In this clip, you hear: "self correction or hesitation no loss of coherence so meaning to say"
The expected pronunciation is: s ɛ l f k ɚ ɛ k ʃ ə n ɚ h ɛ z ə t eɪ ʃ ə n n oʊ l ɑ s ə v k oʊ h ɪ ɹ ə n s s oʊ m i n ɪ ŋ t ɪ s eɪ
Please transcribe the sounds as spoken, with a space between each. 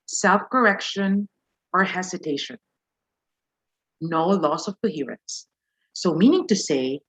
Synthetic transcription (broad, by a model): s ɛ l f k ɚ ɛ k ʃ ə n ɚ h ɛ s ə t eɪ ʃ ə n n oʊ l ɑ s ə v k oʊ h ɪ ɹ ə n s s oʊ m i n ɪ ŋ t ɪ s eɪ